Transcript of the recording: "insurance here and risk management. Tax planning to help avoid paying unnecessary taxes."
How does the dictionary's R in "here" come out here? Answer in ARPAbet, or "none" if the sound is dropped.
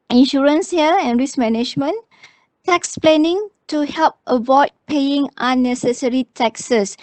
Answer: L